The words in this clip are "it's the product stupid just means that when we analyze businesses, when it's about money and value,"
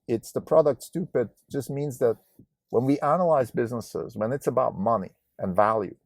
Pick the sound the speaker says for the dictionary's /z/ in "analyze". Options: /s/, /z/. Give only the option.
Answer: /z/